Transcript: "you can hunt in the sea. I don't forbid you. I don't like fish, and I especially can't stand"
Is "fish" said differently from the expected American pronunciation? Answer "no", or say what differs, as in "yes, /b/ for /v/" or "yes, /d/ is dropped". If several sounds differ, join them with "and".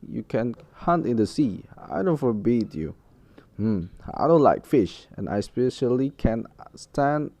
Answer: no